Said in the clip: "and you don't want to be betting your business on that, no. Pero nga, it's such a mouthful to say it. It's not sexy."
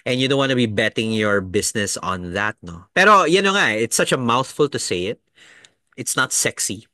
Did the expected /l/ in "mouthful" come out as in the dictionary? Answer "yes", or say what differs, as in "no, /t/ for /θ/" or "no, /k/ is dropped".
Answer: yes